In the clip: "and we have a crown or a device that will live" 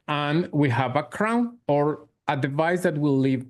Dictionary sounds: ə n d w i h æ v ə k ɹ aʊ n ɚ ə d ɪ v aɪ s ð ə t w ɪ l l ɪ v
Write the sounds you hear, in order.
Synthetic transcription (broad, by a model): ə n w i h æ v ə k ɹ aʊ n ɚ ə d ɪ v aɪ s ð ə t w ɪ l l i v